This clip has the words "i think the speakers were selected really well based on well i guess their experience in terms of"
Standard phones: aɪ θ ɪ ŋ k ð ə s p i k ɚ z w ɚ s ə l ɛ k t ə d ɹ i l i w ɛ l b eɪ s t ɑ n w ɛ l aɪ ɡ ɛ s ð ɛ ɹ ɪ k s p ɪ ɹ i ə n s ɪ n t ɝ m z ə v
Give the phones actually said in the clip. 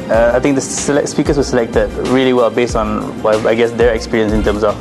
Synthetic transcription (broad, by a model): aɪ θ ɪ ŋ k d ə s p i k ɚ s w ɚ s ə l ɛ k t ə d ɹ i l i w ɛ l b eɪ s t ɑ n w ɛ aɪ ɡ ɛ s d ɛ ɹ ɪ k s p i ɹ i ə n s ɪ n t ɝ m s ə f